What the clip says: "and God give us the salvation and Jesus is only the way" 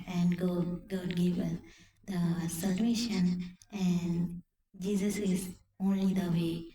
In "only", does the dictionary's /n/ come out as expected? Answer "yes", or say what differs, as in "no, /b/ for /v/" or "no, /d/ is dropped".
yes